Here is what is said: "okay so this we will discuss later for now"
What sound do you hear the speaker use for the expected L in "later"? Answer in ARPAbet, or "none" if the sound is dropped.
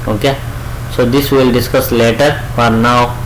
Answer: L